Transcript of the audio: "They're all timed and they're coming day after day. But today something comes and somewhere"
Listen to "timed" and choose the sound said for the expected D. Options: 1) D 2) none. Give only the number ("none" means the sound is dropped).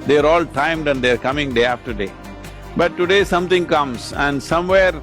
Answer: 1